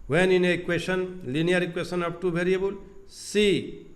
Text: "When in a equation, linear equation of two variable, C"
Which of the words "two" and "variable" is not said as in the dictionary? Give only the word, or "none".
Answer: variable